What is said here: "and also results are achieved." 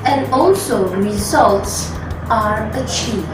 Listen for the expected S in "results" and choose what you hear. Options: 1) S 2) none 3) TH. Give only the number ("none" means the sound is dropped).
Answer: 1